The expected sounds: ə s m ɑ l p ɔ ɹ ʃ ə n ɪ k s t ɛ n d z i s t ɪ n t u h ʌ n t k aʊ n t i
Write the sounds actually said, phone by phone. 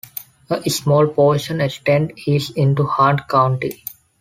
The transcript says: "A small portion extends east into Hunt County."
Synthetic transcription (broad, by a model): ə s m ɑ l p ɔ ɹ ʃ ə n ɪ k s t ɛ n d i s ɪ n t u h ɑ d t k aʊ n t i